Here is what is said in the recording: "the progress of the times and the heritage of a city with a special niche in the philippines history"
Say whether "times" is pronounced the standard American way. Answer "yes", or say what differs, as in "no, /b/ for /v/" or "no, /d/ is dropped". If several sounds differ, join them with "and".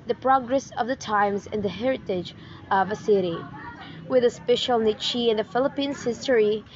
yes